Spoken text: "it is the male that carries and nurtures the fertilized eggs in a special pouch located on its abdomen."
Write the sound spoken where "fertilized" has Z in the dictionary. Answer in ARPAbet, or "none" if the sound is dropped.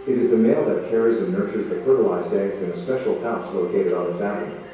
Z